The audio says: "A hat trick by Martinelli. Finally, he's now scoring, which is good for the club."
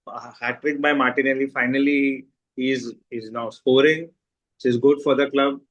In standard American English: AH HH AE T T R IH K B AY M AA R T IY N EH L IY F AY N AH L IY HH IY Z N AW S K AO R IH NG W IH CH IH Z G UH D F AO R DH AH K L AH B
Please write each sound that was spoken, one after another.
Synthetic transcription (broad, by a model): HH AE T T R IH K B AY M AA R T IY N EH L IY F AY N AH L IY HH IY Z N AW S K AO R IH NG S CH IH Z G UH D F AO R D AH K L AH B